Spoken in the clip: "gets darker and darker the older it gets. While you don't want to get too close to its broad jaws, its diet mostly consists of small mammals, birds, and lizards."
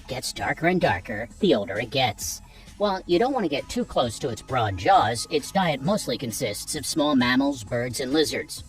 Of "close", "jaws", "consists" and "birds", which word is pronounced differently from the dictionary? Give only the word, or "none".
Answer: none